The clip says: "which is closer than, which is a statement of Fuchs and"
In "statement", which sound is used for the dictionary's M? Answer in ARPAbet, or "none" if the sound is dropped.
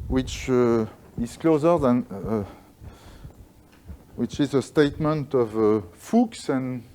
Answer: M